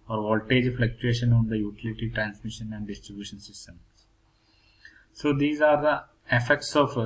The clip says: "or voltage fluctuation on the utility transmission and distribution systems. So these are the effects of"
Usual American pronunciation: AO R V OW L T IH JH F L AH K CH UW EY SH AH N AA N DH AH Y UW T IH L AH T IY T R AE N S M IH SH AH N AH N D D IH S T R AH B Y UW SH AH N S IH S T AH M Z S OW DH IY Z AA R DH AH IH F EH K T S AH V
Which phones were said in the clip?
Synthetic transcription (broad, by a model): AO R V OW L T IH JH F L AH K CH UW EY SH AH N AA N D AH Y UW T IH L AH T IY T R AE N S M IH SH AH N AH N D D IH S T R AH B Y UW SH AH N S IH S T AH M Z S OW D IY Z AA R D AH IH F EH K T S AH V